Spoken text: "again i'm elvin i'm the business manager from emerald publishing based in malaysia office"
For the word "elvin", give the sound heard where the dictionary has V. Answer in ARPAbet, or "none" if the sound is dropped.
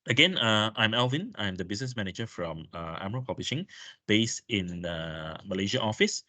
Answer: V